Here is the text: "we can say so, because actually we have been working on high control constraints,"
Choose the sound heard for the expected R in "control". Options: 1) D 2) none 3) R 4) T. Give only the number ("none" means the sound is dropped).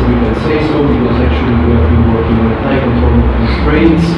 2